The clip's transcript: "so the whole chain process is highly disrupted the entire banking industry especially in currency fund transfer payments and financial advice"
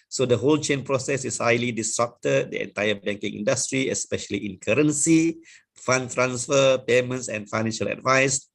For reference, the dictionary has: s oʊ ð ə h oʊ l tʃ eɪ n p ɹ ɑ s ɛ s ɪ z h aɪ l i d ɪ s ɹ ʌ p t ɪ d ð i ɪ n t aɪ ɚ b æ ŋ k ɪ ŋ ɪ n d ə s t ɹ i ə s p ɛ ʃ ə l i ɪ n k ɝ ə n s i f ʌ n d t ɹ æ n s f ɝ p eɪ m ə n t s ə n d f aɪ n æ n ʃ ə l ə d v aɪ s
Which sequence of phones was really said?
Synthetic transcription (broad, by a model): s oʊ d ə h oʊ l tʃ eɪ n p ɹ ɑ s ɛ s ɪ s h aɪ l i d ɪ s ɹ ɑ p t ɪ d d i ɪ n t aɪ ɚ b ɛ ŋ k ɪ ŋ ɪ n d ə s t ɹ i ə s p ɛ ʃ ə l i ɪ n k ɝ ə n s i f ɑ n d t ɹ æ n s f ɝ p eɪ m ə n t s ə n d f aɪ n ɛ n ʃ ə l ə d v aɪ s